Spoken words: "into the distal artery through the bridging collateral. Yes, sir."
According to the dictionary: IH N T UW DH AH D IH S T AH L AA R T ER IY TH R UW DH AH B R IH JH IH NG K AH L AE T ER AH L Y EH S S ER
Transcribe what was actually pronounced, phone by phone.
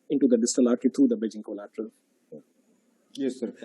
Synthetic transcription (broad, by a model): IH N T UW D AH D IH S T AH L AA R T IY T R UW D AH B IH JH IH NG K AH L AE T ER AH L Y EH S S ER